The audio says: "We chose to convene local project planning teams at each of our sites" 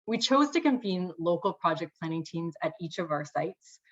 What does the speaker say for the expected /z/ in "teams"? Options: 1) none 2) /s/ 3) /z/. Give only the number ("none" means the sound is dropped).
3